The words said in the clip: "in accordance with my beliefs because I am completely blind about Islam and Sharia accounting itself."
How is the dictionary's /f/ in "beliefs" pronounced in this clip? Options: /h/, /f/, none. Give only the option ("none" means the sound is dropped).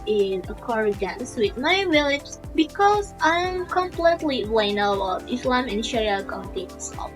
none